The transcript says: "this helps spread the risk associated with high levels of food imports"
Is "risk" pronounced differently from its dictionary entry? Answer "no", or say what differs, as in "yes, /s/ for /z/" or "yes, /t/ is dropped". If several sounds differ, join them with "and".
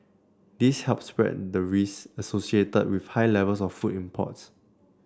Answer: yes, /k/ is dropped